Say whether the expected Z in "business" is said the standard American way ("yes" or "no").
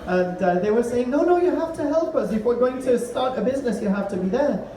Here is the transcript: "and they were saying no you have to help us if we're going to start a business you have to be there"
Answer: yes